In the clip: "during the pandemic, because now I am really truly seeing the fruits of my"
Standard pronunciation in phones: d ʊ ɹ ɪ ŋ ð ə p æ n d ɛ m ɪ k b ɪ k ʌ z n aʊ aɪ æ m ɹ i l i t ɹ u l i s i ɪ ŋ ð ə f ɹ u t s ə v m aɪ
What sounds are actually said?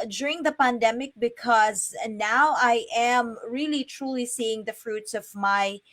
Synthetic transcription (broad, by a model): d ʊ ɹ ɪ ŋ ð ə p æ n d ɛ m ɪ k b ɪ k ʌ z n aʊ aɪ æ m ɹ i l i t ɹ u l i s i ɪ ŋ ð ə f ɹ u t s ə v m aɪ